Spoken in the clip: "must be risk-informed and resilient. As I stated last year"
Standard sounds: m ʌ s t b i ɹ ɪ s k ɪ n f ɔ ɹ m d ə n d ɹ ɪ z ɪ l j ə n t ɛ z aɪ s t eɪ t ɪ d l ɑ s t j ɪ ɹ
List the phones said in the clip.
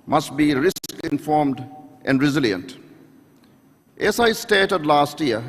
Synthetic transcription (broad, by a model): m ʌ s t b i ɹ ɪ s k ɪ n f ɔ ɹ m d ə n d ɹ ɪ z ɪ l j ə n t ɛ s aɪ s t eɪ t ɪ d l ɑ s t j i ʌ